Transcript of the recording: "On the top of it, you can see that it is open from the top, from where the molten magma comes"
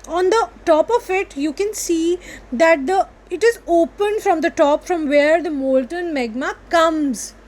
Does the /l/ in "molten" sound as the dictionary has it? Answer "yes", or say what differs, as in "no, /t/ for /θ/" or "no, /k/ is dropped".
yes